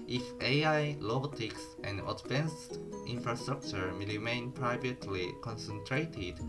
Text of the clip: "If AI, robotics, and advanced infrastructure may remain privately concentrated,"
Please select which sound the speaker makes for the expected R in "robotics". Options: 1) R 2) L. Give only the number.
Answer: 2